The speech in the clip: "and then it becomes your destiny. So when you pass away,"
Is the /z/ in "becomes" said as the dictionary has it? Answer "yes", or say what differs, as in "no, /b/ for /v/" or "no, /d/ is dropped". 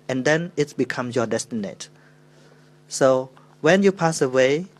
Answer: no, /z/ is dropped